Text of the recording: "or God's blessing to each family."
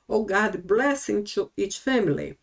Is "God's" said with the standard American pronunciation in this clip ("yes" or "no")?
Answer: no